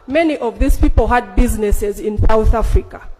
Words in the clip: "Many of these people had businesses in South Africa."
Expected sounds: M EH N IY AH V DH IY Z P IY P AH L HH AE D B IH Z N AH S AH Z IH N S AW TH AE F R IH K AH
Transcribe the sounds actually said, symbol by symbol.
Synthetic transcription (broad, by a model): M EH N IY AH V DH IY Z P IY P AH L HH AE D B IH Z N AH S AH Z IH N S AW TH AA F R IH K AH